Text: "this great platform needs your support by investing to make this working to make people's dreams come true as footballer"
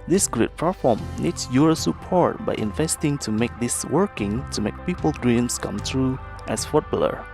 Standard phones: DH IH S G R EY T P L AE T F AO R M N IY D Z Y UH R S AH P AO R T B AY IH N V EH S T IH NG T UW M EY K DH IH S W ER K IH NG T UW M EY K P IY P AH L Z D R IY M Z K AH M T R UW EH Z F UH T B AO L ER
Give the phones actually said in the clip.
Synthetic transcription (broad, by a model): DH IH S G R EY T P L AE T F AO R M N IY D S Y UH R S AH P AO R T B AY IH N V EH S T IH NG T UW M EY K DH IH S W ER K IH NG T UW M EY K P IY P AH L D R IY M S K AH M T R UW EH S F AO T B L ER